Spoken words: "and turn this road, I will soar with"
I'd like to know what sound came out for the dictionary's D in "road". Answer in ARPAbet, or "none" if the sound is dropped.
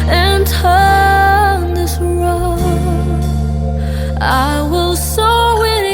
none